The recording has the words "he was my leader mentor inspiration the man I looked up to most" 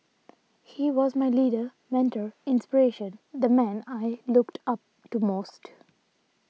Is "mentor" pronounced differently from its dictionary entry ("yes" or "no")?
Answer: no